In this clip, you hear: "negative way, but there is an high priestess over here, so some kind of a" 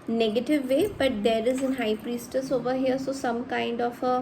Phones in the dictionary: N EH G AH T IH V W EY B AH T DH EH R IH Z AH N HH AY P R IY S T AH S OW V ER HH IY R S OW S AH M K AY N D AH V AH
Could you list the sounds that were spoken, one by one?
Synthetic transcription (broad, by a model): N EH G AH T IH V EY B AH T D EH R IH Z AH N HH AY P R IY S T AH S OW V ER HH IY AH S OW S AH M K AY N D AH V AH